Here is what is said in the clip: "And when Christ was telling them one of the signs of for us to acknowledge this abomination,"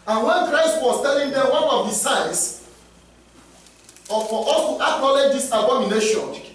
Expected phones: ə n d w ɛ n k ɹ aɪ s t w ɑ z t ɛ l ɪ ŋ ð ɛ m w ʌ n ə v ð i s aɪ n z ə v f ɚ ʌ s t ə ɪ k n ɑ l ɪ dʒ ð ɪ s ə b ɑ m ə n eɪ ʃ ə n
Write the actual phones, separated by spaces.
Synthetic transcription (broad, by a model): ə n w ɛ n k ɹ aɪ s t w ɑ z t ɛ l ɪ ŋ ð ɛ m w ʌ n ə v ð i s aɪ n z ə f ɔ t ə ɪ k ɑ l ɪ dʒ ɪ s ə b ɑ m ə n eɪ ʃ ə n